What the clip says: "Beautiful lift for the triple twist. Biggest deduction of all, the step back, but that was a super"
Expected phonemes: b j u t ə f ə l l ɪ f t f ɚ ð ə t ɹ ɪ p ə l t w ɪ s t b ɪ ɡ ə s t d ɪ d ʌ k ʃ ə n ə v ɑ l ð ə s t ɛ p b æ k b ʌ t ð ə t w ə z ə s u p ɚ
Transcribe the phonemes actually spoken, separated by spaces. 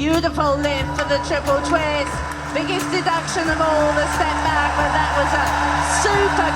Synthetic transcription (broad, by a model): j u t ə f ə l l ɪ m f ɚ ð ə t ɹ ɪ p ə l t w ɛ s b ɪ ɡ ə s d ɪ d ʌ k ʃ ə n ə v ɑ l ð ə s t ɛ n b æ k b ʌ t ð ə t w ə z ə s u p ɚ